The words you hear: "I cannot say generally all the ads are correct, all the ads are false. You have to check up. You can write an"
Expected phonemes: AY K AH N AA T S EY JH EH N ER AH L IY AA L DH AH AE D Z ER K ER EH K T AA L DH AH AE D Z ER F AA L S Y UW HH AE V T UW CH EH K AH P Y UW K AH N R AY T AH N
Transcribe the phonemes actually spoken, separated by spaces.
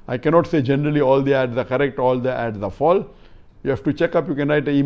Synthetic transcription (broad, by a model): AY K AH N AA T S EY JH EH N ER AH L IY AA L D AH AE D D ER K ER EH K T AA L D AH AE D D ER F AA L Y UW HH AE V T UW CH EH K AH P Y UW K AH N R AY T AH